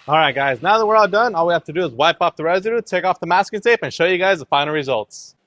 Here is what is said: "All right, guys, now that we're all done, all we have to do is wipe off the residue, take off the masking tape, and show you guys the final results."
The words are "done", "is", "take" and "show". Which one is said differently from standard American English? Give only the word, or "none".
none